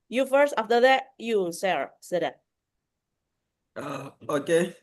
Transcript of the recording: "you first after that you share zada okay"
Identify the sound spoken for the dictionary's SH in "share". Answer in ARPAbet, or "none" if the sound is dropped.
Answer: S